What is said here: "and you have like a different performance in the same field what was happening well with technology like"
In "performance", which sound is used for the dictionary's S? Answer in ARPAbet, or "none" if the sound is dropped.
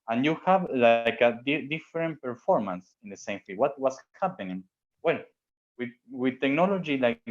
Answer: S